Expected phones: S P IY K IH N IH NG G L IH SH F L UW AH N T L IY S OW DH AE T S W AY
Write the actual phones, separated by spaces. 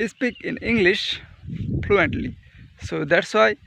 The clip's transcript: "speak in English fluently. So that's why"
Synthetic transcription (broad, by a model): S P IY K IH N IH NG G L IH SH P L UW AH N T L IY S OW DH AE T S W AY